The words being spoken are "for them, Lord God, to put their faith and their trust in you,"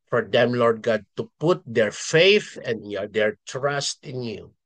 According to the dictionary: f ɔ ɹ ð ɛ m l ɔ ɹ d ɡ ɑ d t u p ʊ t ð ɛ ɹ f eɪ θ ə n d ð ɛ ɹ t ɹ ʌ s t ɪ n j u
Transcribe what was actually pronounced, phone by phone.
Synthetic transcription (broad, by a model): f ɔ ɹ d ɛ m l ɔ ɹ d ɡ ɑ d t u p ʊ t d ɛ ɹ f eɪ θ ə n d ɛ ɹ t ɹ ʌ s t ɪ n j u